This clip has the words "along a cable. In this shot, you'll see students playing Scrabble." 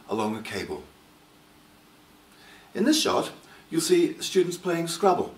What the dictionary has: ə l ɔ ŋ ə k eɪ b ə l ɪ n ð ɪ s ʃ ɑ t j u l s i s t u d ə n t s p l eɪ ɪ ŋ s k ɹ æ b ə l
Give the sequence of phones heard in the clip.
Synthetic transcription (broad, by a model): ə l ɔ ŋ ə k eɪ b ə l ɪ n ð ɪ s ʃ ɑ t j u l s i s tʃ u d n t s p l eɪ ɪ ŋ s k ɹ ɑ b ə l